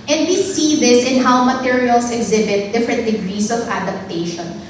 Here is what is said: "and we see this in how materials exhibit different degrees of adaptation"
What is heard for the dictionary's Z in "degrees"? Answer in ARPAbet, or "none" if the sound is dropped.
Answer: S